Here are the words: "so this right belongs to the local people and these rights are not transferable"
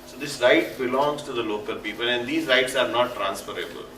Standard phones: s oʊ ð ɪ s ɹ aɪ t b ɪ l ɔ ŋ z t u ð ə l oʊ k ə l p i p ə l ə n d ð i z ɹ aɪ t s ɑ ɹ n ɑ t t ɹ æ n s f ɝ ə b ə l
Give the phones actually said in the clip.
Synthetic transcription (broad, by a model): s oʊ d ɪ s ɹ aɪ t b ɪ l ɔ ŋ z t u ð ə l oʊ k ə l p i p ə l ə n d i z ɹ aɪ t s ɑ ɹ n ɑ t t ɹ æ n s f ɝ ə b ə l